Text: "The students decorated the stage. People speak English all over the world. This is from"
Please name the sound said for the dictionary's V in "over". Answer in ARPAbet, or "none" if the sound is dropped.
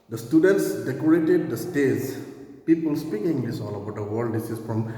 B